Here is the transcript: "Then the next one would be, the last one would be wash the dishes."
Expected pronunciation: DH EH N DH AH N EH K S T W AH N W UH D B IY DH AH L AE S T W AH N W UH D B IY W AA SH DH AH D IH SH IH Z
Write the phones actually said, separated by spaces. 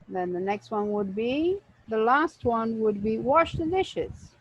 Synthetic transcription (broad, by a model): DH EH N DH AH N EH K S T W AH N W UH D B IY DH AH L AE S T W AH N W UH D B IY W AA SH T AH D IH SH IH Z